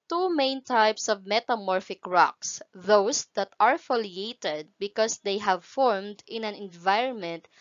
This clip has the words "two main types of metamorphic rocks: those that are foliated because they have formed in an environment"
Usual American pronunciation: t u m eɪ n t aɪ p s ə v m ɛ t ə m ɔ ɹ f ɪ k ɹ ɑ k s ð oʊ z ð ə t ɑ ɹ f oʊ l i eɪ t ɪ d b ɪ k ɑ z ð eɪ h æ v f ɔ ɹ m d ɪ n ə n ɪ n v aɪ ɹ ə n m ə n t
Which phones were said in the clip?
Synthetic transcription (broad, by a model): t u m eɪ n t aɪ p s ə v m ɛ t ə m ɔ ɹ f ɪ k ɹ ɑ k s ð oʊ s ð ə t ɑ ɹ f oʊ l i eɪ t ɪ d b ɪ k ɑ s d eɪ h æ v f ɔ ɹ m d ɪ n ə n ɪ n v aɪ ɹ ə n m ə n t